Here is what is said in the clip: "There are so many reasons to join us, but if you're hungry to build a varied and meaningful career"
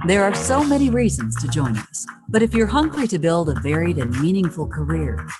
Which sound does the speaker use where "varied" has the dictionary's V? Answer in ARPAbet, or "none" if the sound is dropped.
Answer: V